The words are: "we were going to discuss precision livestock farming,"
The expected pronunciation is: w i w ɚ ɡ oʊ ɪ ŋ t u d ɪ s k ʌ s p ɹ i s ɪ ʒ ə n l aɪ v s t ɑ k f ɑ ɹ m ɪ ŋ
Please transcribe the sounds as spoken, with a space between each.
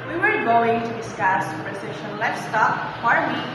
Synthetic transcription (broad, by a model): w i w ɚ ɡ oʊ ɪ ŋ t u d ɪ s k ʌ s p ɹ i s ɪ ʃ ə n l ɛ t s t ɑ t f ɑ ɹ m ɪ